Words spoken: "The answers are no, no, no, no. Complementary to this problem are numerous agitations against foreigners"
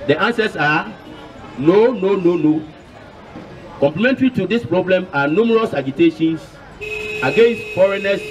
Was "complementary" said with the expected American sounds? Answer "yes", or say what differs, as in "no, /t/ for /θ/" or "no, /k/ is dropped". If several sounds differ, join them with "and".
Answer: yes